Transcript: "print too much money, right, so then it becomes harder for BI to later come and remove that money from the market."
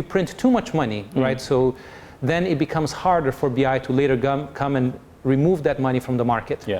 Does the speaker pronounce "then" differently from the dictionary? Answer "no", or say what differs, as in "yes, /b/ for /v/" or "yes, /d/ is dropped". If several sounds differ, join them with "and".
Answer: no